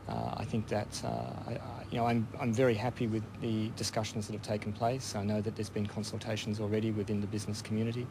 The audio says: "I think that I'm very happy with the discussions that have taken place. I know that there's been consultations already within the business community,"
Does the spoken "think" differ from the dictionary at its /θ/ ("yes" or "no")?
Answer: no